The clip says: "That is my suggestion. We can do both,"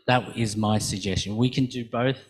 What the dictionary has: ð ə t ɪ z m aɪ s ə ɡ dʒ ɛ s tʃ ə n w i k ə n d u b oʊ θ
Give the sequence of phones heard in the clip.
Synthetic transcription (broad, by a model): ð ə t ɪ z m aɪ s ə ɡ dʒ ɛ s tʃ ə n w i k ə n d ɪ b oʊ θ